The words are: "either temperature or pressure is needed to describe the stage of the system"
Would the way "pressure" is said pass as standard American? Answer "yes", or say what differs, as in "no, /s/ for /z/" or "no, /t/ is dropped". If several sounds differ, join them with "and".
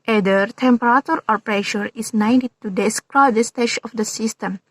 yes